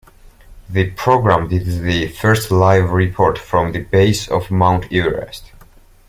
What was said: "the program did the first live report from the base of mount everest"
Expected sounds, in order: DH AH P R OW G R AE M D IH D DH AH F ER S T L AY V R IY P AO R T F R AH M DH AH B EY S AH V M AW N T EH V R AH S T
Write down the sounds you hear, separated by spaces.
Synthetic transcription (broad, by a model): DH AH P R OW G R AE M D IH D DH AH F ER S T L AY V R IY P AO R T F R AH M DH AH B EY S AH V M AW N T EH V R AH S T